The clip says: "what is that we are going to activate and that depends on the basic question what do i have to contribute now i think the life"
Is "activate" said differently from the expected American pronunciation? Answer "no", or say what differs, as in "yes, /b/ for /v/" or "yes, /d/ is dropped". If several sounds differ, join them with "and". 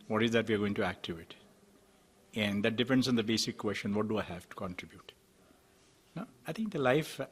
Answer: yes, /v/ is dropped